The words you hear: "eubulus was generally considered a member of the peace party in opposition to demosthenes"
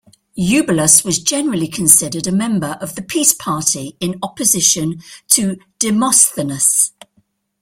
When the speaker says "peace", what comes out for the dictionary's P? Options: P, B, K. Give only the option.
P